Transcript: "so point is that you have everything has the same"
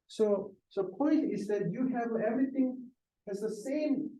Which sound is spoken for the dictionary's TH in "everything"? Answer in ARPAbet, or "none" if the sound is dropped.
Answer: TH